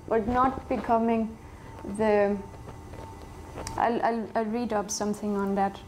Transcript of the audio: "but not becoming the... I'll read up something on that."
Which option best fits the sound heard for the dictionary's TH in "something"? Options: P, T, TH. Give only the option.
T